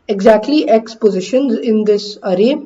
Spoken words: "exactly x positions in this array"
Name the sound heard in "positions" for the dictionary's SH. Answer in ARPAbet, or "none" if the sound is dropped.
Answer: SH